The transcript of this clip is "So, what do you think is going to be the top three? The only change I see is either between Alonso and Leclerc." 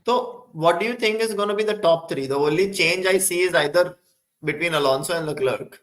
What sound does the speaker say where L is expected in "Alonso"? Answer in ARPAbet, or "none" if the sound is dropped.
L